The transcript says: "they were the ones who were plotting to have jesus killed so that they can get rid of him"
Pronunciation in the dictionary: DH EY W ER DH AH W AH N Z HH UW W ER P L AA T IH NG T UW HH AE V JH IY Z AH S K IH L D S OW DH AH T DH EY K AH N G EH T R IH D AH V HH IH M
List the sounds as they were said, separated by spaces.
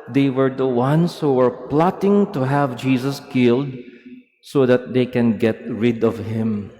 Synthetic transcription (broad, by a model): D EY W ER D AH W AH N S HH UW W ER P L AA T IH NG T UW HH AE V JH IY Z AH S K IH L D S OW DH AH T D EY K AH N G EH T R IH D AH V HH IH M